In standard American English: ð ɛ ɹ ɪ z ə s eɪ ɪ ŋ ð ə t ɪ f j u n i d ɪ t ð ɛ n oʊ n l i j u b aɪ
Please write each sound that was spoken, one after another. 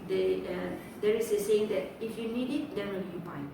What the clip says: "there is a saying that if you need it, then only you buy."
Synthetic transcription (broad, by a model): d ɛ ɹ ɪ s ə s eɪ ɪ ŋ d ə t ɪ f j u n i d ɪ t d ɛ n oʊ l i j u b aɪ